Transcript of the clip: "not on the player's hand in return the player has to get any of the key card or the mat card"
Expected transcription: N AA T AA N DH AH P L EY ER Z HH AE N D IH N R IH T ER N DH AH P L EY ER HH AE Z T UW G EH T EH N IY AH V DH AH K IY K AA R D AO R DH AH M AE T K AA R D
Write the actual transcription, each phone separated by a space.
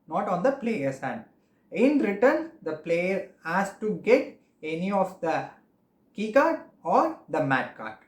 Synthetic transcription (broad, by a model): N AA T AA N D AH P L EY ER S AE N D IH N R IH T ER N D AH P L EY ER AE S T UW G EH T EH N IY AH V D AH K IY K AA R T AO R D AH M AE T K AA R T